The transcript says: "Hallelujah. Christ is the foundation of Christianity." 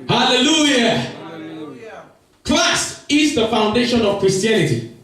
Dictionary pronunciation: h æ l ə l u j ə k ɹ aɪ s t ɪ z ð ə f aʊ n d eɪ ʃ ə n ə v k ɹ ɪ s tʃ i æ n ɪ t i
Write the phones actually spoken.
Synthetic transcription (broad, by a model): h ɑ l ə l u j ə k l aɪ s ɪ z ð ə f aʊ n d eɪ ʃ ə n ə v k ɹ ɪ s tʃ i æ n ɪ t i